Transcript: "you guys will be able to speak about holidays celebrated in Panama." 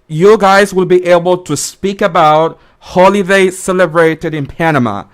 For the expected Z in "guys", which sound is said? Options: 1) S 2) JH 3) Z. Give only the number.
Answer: 3